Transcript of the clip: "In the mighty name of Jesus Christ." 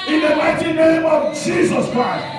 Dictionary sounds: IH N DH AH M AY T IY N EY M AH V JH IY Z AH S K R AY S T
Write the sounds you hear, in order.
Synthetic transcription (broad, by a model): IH N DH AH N AY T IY N EY M AH V JH IY Z AH S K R AY S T